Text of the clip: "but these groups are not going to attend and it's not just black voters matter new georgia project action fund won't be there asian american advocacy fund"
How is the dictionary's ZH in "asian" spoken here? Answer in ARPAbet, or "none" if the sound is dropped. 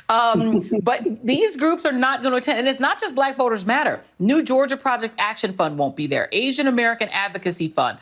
ZH